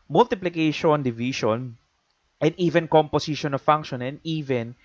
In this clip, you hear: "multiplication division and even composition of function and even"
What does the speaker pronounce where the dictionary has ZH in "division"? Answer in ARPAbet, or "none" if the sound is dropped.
SH